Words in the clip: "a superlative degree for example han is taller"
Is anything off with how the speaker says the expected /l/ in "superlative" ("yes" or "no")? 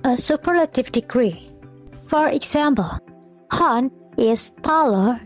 no